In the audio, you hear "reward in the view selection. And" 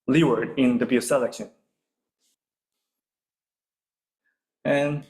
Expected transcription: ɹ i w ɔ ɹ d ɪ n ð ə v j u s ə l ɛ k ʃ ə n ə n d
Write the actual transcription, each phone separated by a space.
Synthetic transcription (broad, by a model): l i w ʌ ɹ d ɪ n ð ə b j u s ə l ɛ k ʃ ə n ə n